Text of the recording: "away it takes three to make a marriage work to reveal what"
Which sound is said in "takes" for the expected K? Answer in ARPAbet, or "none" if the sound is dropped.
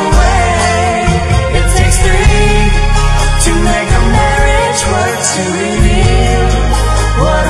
K